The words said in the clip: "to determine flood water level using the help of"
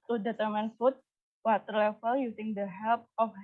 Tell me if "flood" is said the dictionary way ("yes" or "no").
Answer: no